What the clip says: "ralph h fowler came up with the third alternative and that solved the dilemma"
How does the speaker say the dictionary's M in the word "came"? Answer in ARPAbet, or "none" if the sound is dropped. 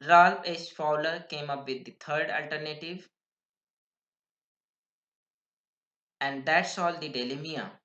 M